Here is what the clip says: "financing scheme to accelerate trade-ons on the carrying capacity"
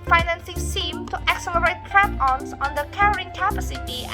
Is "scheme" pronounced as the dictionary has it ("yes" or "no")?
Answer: no